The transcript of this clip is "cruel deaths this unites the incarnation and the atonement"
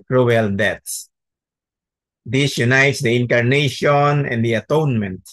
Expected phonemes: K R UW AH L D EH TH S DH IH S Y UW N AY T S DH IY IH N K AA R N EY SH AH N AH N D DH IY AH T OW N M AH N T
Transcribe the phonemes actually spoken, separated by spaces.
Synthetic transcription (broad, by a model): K R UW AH L D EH T S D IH S Y UW N AY T S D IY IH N K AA R N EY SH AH N AH N D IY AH T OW N M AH N T